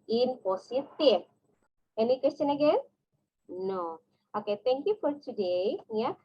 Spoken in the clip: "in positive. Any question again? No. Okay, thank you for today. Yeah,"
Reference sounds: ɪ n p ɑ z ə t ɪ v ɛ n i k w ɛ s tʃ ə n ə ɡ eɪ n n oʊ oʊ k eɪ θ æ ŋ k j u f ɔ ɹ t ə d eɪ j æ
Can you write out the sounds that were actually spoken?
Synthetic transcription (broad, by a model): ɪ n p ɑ s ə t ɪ p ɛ n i k w ɛ s tʃ ə n ə ɡ eɪ n n oʊ oʊ k eɪ t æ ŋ k j u f ɔ ɹ t ə d eɪ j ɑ